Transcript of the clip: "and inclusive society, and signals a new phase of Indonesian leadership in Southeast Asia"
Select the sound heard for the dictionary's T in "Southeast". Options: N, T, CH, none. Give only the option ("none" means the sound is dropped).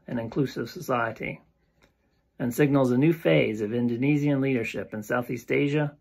T